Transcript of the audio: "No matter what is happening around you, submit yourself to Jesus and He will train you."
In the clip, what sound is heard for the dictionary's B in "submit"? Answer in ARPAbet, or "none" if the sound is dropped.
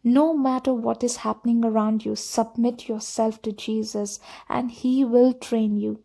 B